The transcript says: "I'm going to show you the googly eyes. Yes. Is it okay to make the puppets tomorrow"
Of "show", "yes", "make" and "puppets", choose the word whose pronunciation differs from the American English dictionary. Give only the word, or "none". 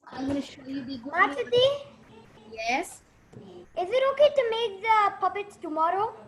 puppets